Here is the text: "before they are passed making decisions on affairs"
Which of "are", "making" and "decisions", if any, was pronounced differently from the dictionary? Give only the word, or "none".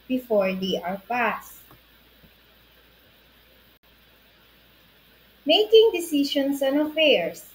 decisions